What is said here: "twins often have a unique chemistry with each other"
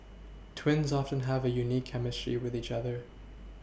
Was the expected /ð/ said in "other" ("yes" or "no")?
yes